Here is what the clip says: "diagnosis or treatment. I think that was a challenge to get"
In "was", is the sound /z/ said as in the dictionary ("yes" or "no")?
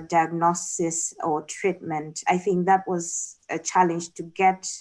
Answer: yes